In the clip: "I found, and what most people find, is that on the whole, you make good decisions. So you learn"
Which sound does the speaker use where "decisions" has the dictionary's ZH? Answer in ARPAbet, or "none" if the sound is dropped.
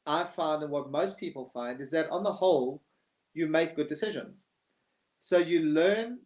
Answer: ZH